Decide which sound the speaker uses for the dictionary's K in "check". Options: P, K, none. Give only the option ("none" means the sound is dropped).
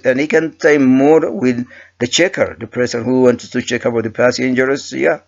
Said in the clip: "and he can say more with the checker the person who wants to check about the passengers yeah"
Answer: K